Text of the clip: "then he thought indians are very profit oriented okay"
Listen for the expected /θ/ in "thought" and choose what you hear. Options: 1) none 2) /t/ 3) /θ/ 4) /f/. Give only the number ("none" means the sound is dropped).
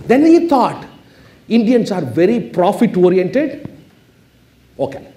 2